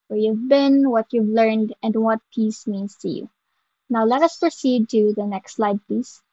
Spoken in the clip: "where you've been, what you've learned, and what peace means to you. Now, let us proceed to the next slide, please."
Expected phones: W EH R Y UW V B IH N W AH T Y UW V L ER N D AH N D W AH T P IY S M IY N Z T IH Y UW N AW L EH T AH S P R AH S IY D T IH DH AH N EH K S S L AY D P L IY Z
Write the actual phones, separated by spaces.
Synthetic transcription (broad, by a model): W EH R Y UW V B IH N W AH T Y UW V L ER N D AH N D W AH T P IY S M IY N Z T IH Y UW N AW L EH T AH S P R AH S IY D T IH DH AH N EH K S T L AY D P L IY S